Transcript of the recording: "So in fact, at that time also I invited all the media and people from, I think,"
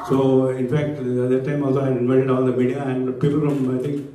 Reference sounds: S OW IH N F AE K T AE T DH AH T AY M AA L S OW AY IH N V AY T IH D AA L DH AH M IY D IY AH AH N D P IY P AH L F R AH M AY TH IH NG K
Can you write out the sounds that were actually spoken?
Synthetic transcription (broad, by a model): S OW IH N F AE K T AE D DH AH T AY M AA L S OW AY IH N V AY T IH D AA L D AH M IY D IY AH AH N D P IY P AH L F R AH M AY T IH NG K